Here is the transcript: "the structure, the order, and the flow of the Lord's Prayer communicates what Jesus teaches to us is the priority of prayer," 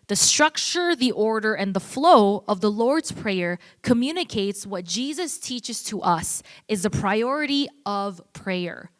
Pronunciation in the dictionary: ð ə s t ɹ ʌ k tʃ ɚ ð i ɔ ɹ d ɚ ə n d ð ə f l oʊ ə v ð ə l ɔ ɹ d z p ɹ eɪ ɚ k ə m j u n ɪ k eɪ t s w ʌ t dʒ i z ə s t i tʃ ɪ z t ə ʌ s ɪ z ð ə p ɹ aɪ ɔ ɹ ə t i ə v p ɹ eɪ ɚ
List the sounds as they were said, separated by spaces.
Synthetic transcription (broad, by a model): ð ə s t ɹ ʌ k tʃ ɚ ð i ɔ ɹ d ɚ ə n ð ə f l oʊ ə v ð ə l ɔ ɹ d z p ɹ eɪ ɚ k ə m j u n ɪ k eɪ t s w ʌ t dʒ i z ə s t i tʃ ɪ z t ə ʌ s ɪ z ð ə p ɹ aɪ ɔ ɹ ə t i ə v p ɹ eɪ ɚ